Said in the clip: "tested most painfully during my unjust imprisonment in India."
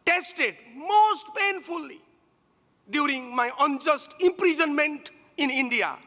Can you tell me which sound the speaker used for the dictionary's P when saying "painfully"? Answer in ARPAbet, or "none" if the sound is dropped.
P